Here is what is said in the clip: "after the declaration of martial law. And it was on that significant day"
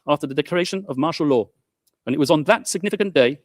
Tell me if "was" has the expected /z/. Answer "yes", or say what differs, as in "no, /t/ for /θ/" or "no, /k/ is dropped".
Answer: yes